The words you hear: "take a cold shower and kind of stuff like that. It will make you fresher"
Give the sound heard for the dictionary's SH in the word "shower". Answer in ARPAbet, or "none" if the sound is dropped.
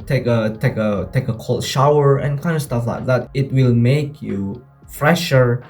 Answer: SH